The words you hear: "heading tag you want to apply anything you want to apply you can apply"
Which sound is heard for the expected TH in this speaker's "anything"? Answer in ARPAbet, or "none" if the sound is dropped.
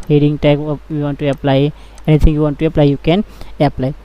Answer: T